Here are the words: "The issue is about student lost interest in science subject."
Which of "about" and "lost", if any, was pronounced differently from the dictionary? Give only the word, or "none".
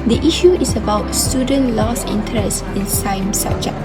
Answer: lost